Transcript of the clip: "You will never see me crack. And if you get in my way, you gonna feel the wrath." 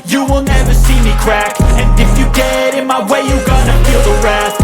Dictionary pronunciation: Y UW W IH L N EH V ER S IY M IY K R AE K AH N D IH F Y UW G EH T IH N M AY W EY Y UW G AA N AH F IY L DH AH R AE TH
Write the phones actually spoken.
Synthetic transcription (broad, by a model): Y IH W IH L N EH V ER S IY M IY K R AE K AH N IH F Y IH G EH T IH N M AY W EY Y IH G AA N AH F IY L DH AH R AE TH